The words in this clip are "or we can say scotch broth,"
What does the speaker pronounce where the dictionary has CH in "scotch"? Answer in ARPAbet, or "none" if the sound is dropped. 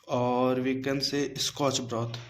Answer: CH